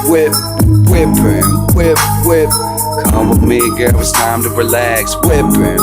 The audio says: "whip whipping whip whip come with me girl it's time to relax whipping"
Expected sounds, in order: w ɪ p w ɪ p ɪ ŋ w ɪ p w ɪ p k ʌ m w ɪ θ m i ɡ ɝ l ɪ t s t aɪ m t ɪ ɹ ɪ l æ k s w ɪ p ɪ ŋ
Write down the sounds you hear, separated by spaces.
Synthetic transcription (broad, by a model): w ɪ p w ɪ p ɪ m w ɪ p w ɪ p k ʌ m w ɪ m i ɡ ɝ w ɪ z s t aɪ m t ɪ ɹ ɪ l æ k s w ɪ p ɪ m